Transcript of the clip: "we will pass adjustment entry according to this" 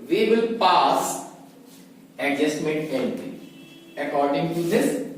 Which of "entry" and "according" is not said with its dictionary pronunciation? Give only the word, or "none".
entry